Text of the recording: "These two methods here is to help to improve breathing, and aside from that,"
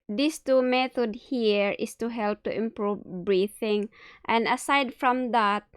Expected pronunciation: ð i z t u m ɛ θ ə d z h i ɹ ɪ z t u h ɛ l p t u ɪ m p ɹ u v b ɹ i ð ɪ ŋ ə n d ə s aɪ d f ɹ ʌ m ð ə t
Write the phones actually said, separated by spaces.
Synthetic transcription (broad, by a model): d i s t u m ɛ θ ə d h i ɹ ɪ s t u h ɛ l p t u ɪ m p ɹ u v b ɹ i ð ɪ ŋ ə n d ə s aɪ d f ɹ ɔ m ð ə t